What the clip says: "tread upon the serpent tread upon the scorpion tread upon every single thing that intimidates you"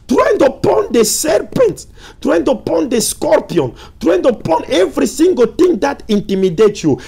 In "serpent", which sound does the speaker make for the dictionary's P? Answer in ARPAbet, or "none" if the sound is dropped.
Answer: P